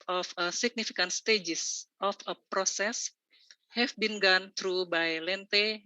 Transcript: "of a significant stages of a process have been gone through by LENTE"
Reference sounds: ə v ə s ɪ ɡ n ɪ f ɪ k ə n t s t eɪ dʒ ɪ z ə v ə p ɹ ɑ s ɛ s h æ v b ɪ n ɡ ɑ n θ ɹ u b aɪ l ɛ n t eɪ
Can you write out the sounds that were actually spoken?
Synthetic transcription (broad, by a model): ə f ə s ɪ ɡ n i f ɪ k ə n t s t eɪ dʒ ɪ s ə f ə p ɹ ɑ s ɛ s h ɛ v b ɪ n ɡ ɑ n t ɹ u b aɪ l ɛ n t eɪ